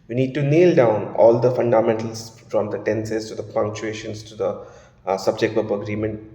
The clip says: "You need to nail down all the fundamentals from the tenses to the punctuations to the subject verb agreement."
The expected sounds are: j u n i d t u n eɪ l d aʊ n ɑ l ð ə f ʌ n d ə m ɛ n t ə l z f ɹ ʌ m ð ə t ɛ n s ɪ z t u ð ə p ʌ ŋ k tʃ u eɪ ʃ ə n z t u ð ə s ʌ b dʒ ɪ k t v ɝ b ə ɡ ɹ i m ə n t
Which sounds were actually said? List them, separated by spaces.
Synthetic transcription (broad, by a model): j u n i d t u n eɪ l d aʊ n ɑ l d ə f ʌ n d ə m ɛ n t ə l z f ɹ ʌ m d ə t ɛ n s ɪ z t u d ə p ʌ ŋ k tʃ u eɪ ʃ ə n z t u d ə s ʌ b dʒ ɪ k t p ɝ ə ɡ ɹ i m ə n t